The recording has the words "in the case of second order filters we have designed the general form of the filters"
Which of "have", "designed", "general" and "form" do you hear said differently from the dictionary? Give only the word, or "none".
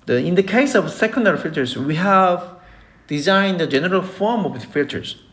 none